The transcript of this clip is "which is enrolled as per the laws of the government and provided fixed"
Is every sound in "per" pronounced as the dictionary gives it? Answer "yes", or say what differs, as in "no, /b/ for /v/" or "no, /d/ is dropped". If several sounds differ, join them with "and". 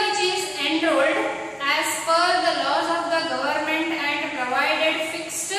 no, /f/ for /p/